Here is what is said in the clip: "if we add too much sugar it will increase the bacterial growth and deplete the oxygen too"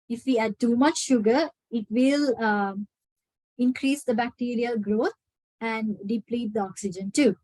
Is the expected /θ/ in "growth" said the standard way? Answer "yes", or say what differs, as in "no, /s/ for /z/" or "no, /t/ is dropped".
no, /t/ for /θ/